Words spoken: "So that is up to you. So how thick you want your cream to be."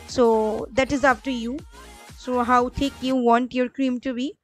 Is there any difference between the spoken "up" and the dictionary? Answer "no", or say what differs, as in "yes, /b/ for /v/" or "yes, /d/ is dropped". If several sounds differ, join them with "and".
yes, /f/ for /p/